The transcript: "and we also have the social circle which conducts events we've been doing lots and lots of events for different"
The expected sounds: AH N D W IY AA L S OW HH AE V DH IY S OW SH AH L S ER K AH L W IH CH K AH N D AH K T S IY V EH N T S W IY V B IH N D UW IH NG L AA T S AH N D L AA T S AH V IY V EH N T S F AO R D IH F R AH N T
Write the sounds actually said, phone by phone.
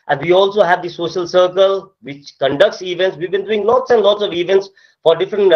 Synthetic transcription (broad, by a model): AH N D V IY AA L S OW HH AE V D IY S OW SH AH L S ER K AH L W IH CH K AH N D AH K T S IY V EH N T S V IY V B IH N D UW IH NG L AA T S AH N D L AA T S AH V IY V EH N T S F AO R D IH F R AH N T